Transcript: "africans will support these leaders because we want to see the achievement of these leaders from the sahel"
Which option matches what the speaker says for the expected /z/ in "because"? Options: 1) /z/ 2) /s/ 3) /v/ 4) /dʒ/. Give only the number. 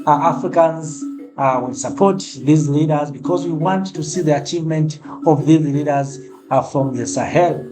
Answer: 1